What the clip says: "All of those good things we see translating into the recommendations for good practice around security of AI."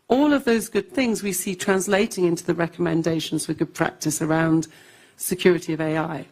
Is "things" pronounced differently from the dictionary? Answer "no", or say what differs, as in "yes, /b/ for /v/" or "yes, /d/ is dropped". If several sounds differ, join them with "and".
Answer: no